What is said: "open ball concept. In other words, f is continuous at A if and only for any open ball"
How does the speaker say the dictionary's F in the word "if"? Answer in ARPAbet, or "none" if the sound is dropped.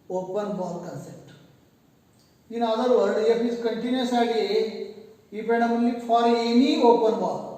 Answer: P